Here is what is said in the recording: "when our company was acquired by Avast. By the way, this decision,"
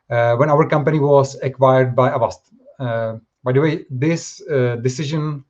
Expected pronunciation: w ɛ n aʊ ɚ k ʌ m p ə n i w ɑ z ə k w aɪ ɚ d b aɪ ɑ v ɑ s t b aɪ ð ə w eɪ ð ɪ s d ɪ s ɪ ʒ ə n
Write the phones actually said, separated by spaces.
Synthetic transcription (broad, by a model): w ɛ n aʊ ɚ k ʌ m p ə n i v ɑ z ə k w aɪ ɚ d b aɪ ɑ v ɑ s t b aɪ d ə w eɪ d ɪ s d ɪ s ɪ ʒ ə n